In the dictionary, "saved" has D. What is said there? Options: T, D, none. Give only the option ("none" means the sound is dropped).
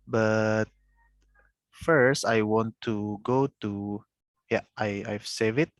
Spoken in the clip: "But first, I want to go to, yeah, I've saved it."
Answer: none